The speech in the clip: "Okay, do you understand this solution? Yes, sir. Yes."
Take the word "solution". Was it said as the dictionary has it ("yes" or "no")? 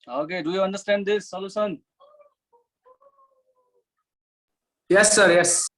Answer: no